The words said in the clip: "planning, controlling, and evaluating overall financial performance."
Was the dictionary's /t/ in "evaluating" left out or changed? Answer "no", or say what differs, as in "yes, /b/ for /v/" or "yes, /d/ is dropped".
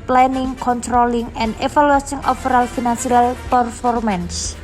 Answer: yes, /s/ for /t/